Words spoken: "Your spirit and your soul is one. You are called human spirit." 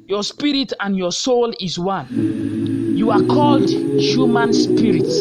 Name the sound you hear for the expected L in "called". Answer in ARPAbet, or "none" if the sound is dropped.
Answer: L